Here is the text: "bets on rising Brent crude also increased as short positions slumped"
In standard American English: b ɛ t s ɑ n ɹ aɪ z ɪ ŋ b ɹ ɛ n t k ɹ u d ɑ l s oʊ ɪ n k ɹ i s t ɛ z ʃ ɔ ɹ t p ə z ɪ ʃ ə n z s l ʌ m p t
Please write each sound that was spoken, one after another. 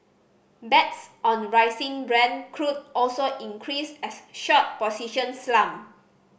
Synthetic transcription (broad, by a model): b ɛ t s ɑ n ɹ aɪ s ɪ ŋ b ɹ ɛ n k ɹ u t ɑ l s oʊ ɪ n k ɹ i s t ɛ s ʃ ɔ t p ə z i ʃ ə n s l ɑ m